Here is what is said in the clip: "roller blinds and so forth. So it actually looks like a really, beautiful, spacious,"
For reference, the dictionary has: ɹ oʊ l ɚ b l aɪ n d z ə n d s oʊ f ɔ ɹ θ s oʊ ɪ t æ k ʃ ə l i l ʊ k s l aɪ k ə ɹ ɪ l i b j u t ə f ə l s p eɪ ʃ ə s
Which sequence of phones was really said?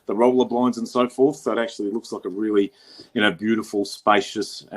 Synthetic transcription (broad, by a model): ɹ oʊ l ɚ b l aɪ n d z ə n s oʊ f ɔ ɹ θ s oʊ ɪ t æ k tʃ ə l i l ʊ k s l aɪ k ə ɹ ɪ l i b j u t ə f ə l s p eɪ ʃ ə s